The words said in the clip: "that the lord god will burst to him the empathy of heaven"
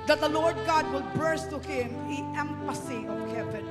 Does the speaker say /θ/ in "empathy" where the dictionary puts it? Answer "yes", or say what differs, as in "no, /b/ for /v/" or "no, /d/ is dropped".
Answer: no, /s/ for /θ/